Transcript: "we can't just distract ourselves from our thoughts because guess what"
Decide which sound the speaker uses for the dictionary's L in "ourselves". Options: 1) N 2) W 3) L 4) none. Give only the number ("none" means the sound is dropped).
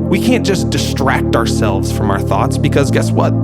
3